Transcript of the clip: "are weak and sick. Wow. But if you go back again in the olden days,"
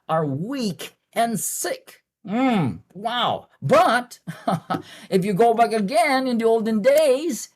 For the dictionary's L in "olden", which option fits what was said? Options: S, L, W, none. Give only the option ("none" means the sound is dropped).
L